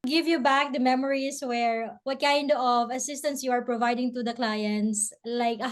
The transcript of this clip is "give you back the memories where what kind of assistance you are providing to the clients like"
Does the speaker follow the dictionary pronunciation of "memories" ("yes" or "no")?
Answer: no